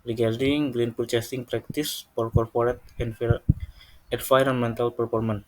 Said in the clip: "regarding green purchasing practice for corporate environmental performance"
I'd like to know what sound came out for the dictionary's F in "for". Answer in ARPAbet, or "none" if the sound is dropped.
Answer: P